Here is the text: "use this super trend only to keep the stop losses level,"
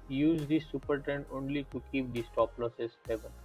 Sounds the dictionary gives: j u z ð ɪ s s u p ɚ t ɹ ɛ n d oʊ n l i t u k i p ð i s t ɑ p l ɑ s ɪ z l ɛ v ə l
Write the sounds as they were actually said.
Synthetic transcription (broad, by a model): j u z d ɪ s s u p ɚ t ɛ n oʊ n l i t u k i p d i s t ɑ p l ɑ s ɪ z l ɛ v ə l